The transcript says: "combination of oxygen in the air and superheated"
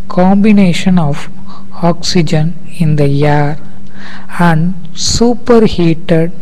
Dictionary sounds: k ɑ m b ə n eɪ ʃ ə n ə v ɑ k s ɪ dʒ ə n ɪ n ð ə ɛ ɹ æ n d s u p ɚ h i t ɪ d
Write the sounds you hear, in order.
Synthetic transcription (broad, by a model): k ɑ m b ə n eɪ ʃ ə n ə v ɑ k s ɪ dʒ ə n ɪ n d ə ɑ ɹ æ n d s u p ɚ h i t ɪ d